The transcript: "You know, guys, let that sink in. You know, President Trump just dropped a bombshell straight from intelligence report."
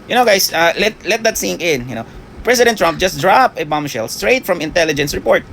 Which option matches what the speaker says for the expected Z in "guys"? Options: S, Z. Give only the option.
S